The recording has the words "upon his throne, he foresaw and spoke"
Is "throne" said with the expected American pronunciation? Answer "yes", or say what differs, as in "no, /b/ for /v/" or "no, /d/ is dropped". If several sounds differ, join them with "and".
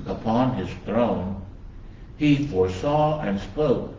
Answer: yes